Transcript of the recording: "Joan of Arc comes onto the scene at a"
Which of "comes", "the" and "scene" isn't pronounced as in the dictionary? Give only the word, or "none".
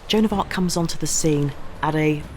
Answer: none